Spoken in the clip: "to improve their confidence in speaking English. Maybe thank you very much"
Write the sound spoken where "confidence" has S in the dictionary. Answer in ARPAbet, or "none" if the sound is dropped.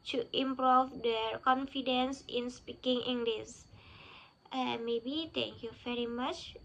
S